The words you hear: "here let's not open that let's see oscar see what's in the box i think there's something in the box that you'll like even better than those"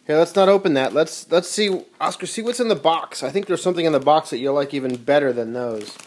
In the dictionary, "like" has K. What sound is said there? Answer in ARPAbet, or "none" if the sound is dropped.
K